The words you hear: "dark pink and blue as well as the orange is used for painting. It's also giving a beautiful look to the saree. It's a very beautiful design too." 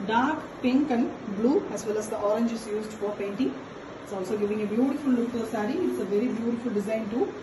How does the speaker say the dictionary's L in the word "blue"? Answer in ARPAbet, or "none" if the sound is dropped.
L